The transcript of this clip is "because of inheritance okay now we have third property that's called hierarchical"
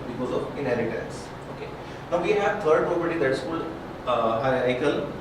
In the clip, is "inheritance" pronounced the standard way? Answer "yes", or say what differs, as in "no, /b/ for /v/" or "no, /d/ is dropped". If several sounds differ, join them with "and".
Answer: no, /l/ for /ɹ/